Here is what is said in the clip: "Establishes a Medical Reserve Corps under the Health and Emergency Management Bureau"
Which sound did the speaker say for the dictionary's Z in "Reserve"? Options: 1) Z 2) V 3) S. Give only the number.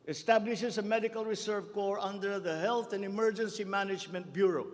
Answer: 3